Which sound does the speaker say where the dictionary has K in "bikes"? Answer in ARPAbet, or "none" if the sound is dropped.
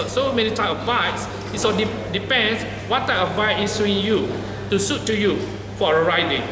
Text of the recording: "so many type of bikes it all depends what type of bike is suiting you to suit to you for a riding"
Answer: none